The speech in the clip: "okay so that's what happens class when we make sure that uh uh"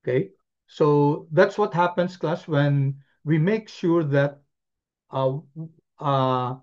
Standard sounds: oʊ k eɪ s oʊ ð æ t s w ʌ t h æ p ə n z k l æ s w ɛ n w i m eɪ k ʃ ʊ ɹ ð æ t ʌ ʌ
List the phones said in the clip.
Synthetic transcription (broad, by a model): k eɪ s oʊ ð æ t s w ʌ t h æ p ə n s k l æ s w ɛ n w i m eɪ k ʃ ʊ ɹ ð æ t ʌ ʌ